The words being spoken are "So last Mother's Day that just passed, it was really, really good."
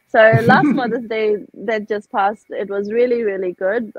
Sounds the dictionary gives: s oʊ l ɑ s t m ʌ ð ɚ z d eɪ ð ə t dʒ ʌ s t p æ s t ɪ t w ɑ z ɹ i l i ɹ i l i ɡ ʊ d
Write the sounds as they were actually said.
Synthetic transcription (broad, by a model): s oʊ l ɑ s t m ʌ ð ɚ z d eɪ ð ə t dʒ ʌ s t p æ s t ɪ t w ɑ z ɹ i l i ɹ i l i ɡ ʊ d